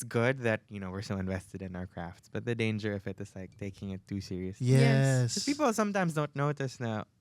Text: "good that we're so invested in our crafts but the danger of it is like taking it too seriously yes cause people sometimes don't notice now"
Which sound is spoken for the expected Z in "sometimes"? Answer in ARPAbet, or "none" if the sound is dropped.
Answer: Z